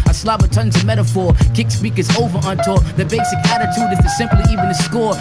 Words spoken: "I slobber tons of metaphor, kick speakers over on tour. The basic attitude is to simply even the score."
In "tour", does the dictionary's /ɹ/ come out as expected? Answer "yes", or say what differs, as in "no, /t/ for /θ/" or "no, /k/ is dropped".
no, /l/ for /ɹ/